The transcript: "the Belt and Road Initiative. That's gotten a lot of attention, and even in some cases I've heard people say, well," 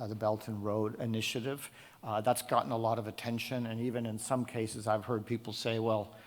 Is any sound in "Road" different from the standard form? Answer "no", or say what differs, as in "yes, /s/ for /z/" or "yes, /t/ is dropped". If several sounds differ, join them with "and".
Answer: no